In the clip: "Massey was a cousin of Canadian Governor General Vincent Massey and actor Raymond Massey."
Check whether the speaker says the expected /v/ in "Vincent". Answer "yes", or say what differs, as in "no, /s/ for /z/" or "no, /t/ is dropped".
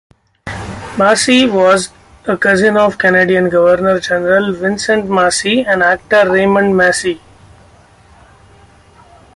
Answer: yes